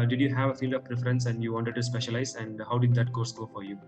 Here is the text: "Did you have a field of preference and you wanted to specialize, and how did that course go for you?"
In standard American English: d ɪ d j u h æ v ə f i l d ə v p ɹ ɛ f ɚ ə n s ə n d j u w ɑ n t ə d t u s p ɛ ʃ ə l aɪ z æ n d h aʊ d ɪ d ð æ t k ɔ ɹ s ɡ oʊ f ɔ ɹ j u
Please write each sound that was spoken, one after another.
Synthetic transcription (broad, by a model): d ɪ d j u h æ v ə f i l d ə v p ɹ ɛ f ɚ ə n s ə n d j u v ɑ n t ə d t u s p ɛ ʃ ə l aɪ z æ n d h aʊ d ɪ d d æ t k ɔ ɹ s ɡ oʊ f ɔ ɹ j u